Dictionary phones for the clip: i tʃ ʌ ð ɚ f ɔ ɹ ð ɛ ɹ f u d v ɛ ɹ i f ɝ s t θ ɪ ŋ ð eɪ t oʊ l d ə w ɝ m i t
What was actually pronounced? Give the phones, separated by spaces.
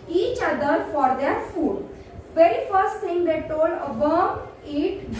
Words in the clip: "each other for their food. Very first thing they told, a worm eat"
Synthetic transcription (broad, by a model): i tʃ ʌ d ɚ f ɔ ɹ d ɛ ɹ f u d v ɛ ɹ i f ɝ s t s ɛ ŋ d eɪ t oʊ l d ə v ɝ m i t